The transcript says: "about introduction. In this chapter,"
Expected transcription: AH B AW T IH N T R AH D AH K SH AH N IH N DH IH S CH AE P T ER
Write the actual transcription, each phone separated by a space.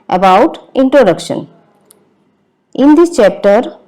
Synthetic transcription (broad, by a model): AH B AW T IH N T R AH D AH K SH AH N IH N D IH CH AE P T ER